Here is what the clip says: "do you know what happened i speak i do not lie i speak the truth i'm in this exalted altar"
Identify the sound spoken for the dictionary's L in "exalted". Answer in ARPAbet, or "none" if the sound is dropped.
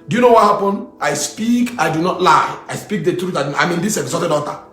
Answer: none